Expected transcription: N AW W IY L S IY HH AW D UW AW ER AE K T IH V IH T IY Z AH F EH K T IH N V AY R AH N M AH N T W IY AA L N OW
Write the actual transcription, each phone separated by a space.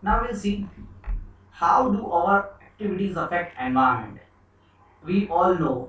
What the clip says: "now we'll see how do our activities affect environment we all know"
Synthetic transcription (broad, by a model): N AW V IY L S IY HH AW D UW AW ER AE K T IH V IH T IY Z AH F EH K T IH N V AY AH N M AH N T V IY AA L N OW